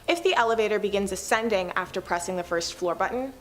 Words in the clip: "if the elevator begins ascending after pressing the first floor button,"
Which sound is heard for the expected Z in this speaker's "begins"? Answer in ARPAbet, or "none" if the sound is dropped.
Z